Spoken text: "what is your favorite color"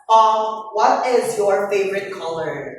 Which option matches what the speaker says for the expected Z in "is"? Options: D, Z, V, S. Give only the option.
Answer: Z